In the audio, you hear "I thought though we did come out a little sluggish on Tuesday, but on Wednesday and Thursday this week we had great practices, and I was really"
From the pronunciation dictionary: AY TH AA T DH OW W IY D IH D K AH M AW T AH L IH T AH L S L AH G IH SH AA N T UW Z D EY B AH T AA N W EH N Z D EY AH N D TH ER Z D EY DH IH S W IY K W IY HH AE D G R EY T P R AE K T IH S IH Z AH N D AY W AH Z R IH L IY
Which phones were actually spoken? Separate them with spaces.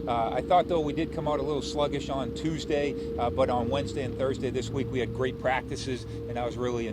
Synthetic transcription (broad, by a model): AY TH AA T DH OW W IY D IH D K AH M AW T AH L IH T L S L AH G IH SH N T UW Z D EY B AH T N W EH N Z D EY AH N TH ER Z D EY DH IH S W IY K W IY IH D G R EY T P R AE K T IH S IH Z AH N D AY W AH Z R IH L IY